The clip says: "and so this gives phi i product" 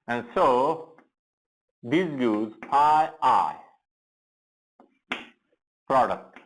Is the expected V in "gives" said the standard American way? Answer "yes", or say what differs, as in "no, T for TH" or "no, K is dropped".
no, V is dropped